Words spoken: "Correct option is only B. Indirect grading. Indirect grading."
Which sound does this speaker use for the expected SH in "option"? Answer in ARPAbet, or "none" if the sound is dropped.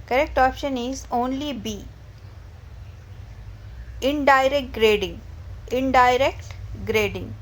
SH